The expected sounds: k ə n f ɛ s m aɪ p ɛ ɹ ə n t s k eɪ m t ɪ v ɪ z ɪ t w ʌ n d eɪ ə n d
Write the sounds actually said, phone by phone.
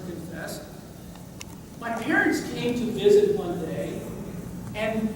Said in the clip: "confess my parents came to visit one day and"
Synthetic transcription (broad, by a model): k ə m f ɛ s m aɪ p ɛ ɹ ə n t s k eɪ m t ɪ v ɪ z ɪ t w ʌ n d eɪ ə n